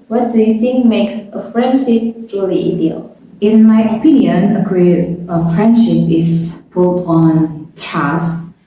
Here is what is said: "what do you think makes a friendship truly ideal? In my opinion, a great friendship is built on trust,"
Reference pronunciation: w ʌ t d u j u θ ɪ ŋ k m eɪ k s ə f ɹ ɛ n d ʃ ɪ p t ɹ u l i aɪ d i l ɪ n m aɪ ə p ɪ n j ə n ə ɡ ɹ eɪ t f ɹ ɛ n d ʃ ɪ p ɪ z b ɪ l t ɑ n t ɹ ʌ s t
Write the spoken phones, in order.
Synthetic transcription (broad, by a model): w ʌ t d u j u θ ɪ ŋ k m eɪ k s ə f ɹ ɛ n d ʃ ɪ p t ɹ u l i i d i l ɪ n m aɪ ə p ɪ n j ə n ə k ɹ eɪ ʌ f ɹ ɛ n d ʃ ɪ p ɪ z b ɪ l t ɑ n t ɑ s